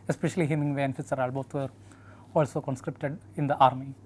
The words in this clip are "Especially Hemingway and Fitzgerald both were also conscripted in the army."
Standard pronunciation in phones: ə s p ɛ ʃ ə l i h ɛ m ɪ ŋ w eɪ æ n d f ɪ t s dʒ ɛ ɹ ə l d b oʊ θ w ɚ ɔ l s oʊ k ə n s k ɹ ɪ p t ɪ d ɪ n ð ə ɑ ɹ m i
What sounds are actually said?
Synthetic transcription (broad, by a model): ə s p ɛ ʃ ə l i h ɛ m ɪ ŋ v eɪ n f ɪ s ʌ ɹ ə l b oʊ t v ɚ ɔ l s oʊ k ə n s k ɹ ɪ p t ɪ d ɪ n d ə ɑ ɹ m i